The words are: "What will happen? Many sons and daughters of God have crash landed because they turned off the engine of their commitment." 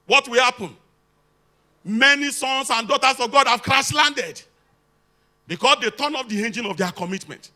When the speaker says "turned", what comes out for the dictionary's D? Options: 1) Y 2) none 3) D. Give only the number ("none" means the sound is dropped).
2